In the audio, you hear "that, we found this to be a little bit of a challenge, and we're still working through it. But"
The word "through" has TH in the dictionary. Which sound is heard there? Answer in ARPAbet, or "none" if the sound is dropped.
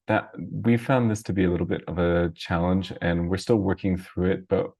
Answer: TH